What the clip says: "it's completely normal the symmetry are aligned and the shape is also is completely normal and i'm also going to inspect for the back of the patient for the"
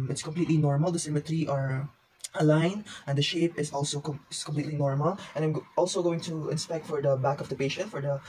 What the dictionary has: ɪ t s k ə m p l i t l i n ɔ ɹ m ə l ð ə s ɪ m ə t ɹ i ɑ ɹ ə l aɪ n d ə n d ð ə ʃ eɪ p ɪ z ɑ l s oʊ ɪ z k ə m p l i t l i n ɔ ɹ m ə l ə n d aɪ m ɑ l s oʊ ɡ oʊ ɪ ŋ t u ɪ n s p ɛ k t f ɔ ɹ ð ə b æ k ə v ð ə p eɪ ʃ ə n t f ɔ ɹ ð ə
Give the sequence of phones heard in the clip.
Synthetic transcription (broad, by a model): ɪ t s k ə m p l i t l i n ɔ ɹ m ə l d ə s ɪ m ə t ɹ i ɑ ɹ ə l aɪ n ə n d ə ʃ eɪ p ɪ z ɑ l s oʊ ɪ s k ə m p l i t l i n ɔ ɹ m ə l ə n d aɪ m ɑ l s oʊ ɡ oʊ ɪ ŋ t u ɪ n s p ɛ k t f ɔ ɹ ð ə b æ k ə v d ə p eɪ ʃ ə n t f ɔ ɹ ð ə